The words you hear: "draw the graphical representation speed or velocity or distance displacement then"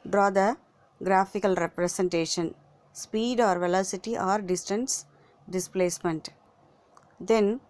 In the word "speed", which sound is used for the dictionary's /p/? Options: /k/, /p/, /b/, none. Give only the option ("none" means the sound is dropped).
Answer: /p/